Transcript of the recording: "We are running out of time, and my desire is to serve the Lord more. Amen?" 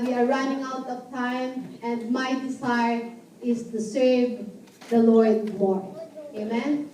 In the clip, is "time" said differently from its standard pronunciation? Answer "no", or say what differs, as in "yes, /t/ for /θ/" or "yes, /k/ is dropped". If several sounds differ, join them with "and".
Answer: no